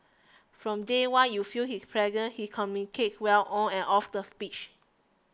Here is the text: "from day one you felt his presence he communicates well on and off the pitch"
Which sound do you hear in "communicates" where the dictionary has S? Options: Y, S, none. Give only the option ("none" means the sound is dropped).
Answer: none